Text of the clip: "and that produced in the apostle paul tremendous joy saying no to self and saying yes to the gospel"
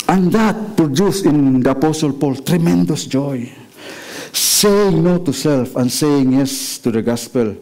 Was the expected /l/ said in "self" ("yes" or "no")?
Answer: yes